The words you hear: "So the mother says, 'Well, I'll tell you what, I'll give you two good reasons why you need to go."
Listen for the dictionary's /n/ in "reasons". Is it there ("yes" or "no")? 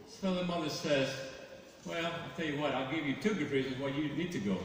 yes